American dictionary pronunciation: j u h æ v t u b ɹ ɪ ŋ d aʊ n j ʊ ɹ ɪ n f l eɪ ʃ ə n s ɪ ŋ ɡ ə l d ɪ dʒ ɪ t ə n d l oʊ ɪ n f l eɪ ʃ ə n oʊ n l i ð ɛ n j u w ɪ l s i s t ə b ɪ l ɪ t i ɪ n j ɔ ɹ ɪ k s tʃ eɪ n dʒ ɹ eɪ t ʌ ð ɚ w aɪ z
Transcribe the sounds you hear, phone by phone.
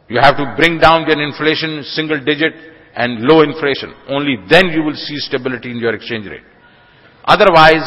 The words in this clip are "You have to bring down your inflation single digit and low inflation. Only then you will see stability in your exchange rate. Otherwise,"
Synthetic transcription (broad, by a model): j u h æ v t u b ɹ ɪ ŋ d aʊ n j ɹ ɪ n f l eɪ ʃ ə n s ɪ ŋ ɡ ə l d ɪ dʒ ɪ t ə n d l oʊ ɪ n f l eɪ ʃ ə n oʊ n l i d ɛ n j u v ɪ l s i s t ə b ɪ l ɪ t i ɪ n j ɔ ɹ ɪ k s tʃ eɪ n dʒ ɹ eɪ t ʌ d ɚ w aɪ z